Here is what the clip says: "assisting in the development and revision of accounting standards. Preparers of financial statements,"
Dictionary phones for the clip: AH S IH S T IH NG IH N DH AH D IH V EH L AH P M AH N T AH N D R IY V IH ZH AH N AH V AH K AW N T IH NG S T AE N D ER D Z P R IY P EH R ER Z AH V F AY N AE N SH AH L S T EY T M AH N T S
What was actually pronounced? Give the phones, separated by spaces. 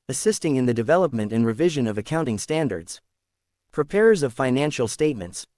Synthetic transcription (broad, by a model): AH S IH S T IH NG IH N DH AH D IH V EH L AH P M AH N T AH N R IY V IH ZH AH N AH V AH K AW N T IH NG S T AE N D ER D Z P R IY P EH R ER Z AH V F AY N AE N SH L S T EY T M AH N T S